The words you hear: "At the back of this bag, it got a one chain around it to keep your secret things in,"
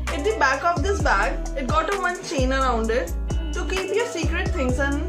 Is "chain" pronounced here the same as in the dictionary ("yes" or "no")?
yes